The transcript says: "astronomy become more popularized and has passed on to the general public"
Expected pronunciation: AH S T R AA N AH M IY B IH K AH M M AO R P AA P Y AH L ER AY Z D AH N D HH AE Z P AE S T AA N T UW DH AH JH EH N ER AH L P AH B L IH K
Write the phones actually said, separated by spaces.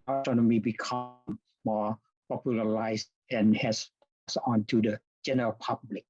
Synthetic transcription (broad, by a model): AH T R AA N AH M IY B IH K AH M M AO R P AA P Y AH L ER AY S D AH N HH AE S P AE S AA N T UW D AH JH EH N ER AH L P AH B L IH K